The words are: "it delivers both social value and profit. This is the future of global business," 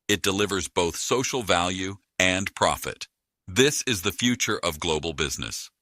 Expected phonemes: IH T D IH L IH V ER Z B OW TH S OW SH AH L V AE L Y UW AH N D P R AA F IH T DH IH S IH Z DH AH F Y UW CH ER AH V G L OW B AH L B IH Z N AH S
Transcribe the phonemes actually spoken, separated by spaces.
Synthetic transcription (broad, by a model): IH T D IH L IH V ER Z B OW TH S OW SH L V AE L Y UW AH N P R AA F IH T DH IH S IH Z DH AH F Y UW CH ER AH V G L OW B L B IH Z N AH S